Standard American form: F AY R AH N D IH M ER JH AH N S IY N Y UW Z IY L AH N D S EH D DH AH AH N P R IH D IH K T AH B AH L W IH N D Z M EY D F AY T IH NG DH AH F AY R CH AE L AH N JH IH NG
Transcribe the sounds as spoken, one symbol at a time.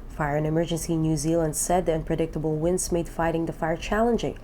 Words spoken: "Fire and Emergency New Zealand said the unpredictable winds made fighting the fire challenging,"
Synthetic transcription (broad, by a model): F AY R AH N IH M ER JH AH N S IY N Y UW Z IY L AH N D S EH D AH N P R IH D IH K T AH B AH L W IH N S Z M EY D F AY T IH NG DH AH F AY R CH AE L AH N JH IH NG